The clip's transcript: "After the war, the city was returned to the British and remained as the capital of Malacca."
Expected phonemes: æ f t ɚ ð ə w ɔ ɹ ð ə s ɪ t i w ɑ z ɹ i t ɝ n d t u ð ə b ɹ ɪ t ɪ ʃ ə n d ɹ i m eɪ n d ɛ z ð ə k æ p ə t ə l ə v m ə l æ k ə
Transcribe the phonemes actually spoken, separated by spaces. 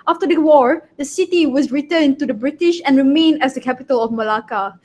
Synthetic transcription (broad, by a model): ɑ f t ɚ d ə w ɔ ɹ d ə s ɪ t i w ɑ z ɹ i t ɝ n t u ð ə b ɹ ɪ t ɪ ʃ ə n ɹ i m eɪ n ɛ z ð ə k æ p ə t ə l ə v m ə l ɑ k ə